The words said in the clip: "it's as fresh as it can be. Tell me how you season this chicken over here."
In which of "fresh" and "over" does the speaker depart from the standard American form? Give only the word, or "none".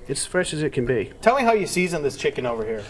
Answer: none